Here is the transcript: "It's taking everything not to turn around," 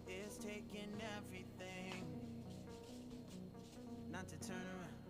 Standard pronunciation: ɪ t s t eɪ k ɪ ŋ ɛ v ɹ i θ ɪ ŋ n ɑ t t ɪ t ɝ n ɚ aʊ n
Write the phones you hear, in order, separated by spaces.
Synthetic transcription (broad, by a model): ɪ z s t eɪ k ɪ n ɛ v ɹ i θ ɪ ŋ n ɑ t t ɪ t ɝ n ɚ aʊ